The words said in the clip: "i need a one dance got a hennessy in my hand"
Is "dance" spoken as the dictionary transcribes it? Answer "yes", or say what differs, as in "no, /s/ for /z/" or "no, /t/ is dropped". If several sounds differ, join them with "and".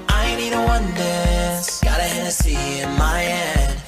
no, /n/ is dropped